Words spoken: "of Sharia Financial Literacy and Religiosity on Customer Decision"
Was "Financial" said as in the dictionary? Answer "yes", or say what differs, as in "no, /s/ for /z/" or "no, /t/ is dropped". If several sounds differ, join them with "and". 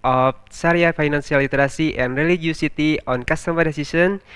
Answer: no, /s/ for /ʃ/